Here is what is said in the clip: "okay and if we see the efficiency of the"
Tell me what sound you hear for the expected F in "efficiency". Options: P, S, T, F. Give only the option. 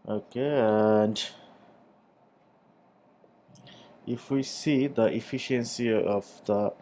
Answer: F